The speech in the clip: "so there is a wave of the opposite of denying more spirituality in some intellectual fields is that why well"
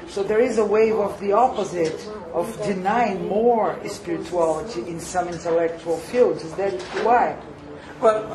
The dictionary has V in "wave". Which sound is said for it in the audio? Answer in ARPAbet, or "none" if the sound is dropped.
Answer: V